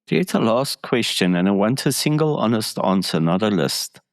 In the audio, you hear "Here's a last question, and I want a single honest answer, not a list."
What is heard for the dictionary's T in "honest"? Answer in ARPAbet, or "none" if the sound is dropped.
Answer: T